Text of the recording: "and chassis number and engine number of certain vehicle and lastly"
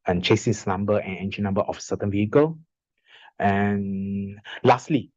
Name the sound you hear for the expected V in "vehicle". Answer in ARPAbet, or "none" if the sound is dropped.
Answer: V